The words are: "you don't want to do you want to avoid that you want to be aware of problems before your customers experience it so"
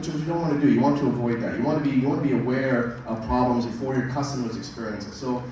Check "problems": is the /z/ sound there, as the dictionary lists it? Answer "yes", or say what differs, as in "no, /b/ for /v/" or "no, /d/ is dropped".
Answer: yes